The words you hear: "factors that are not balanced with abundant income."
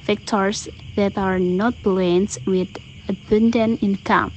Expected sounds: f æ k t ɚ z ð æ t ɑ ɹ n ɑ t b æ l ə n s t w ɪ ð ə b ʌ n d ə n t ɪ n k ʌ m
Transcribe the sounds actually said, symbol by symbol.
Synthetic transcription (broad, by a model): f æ k t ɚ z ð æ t ɑ ɹ n ɑ t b l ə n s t w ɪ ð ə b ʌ n d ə n ɪ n k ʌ m